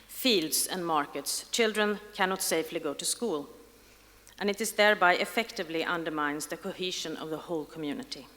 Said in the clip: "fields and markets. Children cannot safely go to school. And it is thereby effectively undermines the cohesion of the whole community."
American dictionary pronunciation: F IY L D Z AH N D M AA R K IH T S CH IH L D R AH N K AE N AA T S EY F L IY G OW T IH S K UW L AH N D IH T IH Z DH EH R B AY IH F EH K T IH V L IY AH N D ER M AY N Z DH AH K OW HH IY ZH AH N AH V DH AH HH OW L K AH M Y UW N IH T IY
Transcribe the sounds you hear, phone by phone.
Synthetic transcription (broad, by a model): F IY L D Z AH N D M AA R K IH T S CH IH L D R AH N K AE N AA T S EY F L IY G OW T IH S K UW L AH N IH T IH Z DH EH R B AY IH F EH K T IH V L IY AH N D ER M AY N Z DH AH K OW HH IY ZH AH N AH V DH AH HH OW L K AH M Y UW N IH T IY